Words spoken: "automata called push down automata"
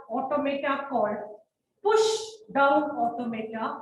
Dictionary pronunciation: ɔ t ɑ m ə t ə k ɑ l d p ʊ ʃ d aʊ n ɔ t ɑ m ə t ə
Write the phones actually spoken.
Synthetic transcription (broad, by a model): ɔ t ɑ m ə t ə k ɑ d p ʊ ʃ d aʊ n ɔ t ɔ m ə t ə